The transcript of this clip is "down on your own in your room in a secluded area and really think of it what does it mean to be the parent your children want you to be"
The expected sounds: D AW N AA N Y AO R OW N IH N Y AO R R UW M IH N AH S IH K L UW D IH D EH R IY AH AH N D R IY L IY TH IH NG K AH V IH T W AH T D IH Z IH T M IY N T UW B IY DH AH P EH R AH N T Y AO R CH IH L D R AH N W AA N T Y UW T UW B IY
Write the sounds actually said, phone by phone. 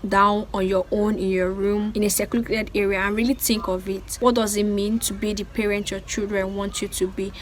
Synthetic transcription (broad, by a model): D AW N AA N Y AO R OW N IH N Y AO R R UW M IH N AH S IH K UW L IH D EH R IY AH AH N R IY L IY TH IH NG K AH V IH T W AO T D IH Z IH T M IY N T UW B IY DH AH P EH R AH N T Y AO CH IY L D R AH N W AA N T Y UW T UW B IY